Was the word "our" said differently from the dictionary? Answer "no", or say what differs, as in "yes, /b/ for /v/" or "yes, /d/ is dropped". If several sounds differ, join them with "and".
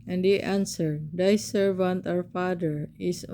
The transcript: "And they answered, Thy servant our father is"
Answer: yes, /w/ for /ɹ/